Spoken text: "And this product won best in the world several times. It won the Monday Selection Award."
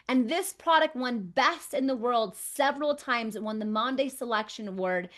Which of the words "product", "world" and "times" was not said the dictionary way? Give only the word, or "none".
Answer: none